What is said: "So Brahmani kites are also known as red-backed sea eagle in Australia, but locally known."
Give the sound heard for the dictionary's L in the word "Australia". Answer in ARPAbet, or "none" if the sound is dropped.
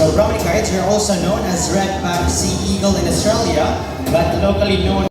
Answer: L